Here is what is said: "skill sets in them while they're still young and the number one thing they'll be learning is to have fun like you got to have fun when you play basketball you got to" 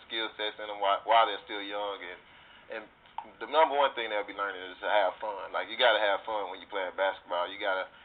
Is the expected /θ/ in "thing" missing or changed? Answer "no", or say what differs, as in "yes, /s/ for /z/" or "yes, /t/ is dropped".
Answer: no